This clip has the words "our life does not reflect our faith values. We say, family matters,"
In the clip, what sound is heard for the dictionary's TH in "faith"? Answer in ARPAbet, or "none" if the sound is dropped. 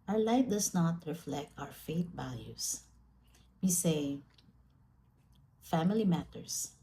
T